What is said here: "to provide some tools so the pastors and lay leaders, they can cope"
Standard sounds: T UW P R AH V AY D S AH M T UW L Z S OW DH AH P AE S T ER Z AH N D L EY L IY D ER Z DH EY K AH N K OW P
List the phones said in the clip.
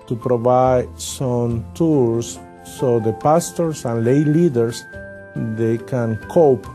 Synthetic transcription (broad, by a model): T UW P R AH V AY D S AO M T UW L S OW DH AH P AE S T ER S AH N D L EY L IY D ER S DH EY K AH N K OW P